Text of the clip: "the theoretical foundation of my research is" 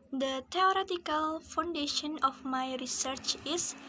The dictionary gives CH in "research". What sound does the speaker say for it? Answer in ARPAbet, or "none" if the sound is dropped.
CH